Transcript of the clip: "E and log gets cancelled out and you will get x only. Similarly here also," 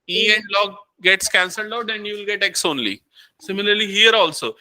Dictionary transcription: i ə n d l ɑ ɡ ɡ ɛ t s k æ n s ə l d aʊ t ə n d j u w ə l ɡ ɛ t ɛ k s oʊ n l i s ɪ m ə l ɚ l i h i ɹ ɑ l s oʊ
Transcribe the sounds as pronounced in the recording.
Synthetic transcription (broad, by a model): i ə n d l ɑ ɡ ɡ ɛ t s k æ n s ə l d aʊ t ə n d j u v l ɡ ɛ t ɛ k s oʊ n l i s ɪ m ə l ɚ l i h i ɹ ɑ l s oʊ